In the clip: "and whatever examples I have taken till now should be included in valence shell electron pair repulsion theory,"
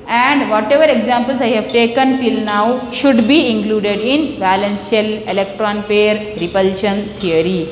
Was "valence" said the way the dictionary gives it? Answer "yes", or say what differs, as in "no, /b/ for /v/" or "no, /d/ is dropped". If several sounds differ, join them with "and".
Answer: no, /b/ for /v/